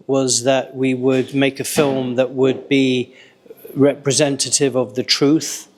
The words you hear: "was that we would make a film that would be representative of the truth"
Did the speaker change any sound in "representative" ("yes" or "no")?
no